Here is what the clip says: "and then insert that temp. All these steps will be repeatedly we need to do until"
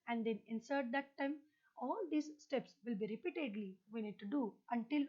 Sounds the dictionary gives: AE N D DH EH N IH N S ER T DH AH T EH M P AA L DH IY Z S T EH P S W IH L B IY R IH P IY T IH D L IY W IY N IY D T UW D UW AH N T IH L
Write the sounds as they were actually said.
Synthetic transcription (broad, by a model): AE N D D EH N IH N S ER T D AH T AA M AA L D IY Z S T EH P S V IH L B IY R IH P IY T IH D L IY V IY N IY D T UW D UW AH N T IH L